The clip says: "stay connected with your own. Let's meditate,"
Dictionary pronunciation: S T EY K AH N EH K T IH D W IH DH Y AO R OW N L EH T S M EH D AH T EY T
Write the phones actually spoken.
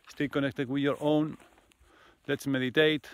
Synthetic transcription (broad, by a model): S T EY K AH N EH K T IH D W IH DH Y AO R OW N L EH T S M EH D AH T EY T